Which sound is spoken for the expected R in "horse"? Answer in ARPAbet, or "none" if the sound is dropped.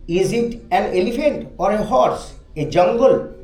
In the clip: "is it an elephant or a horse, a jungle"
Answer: R